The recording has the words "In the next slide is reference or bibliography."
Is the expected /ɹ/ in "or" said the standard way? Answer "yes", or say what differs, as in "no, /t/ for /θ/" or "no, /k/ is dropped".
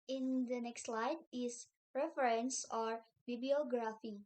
yes